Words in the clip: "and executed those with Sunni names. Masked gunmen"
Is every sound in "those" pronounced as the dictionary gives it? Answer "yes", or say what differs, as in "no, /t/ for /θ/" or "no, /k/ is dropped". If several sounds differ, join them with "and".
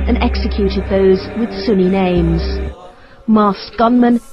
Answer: yes